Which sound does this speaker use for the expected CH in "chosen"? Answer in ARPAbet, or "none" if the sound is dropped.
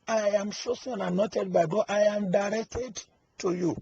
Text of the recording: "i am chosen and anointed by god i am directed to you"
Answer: SH